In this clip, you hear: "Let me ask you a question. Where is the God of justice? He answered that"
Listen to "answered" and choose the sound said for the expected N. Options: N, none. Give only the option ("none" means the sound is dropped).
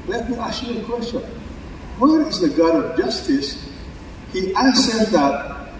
none